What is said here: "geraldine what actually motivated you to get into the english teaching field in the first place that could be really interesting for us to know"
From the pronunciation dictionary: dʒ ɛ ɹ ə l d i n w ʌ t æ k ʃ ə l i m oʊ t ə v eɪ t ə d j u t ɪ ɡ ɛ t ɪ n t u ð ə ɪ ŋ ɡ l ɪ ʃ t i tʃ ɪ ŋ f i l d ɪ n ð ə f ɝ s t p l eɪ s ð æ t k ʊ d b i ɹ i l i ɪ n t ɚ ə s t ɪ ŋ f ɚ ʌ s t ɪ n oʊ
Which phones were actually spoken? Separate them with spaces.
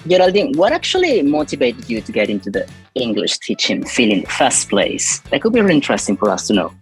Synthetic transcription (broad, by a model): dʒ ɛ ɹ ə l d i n w ʌ t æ k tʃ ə l i m oʊ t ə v eɪ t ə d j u t ɪ ɡ ɛ t ɪ n t u ð ə ɪ ŋ ɡ l ɪ ʃ t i tʃ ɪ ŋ f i l ɪ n ð ə f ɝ s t p l eɪ s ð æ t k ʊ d b i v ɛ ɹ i ɪ n t ɚ ə s t ɪ ŋ f ɚ ʌ s t ɪ n oʊ